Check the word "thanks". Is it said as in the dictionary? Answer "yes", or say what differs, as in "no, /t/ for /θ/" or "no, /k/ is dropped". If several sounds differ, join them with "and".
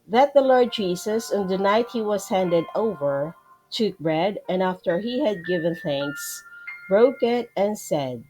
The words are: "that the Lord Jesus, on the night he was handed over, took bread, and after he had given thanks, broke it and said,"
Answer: yes